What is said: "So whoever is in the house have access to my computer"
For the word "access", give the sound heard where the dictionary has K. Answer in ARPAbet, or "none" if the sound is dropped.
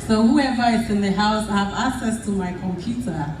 K